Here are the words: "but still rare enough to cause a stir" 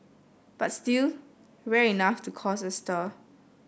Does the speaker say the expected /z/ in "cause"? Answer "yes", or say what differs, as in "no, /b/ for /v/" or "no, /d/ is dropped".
no, /s/ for /z/